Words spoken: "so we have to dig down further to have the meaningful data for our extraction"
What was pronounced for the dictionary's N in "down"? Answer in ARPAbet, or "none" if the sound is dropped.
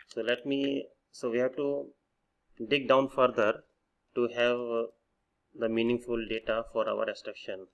N